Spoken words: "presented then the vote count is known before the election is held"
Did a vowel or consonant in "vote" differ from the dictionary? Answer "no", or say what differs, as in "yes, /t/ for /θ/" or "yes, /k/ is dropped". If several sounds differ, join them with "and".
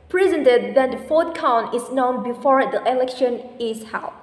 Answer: yes, /f/ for /v/